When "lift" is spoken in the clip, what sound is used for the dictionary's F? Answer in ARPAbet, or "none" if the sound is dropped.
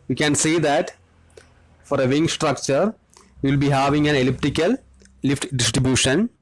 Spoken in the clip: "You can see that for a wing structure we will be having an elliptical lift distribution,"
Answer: F